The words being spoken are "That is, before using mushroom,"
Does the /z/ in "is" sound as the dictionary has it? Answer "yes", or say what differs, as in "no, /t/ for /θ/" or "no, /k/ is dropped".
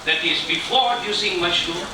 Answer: yes